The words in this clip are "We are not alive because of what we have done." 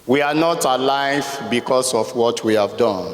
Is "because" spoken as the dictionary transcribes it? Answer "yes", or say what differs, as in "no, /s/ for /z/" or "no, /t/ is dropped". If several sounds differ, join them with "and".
no, /s/ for /z/